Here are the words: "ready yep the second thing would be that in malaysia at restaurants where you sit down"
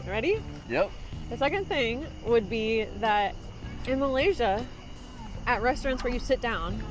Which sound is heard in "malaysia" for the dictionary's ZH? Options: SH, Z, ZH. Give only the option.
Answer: ZH